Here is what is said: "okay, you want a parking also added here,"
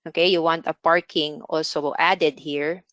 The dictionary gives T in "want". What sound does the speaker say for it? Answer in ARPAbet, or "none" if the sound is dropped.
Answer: T